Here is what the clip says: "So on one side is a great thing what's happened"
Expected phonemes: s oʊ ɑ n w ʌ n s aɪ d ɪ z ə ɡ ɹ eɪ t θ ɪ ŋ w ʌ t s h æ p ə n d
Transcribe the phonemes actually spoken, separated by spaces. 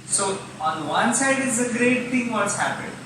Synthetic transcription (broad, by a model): s oʊ ɑ n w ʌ n s aɪ d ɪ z ə ɡ ɹ eɪ t t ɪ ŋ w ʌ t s h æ p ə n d